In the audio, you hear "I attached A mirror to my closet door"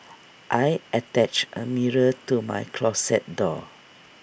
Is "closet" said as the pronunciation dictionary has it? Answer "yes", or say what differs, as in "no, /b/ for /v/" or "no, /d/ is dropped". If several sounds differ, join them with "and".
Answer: no, /s/ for /z/